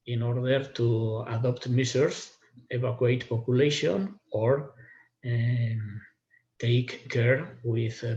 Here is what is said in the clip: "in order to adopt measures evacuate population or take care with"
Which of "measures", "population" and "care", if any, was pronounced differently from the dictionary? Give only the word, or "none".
measures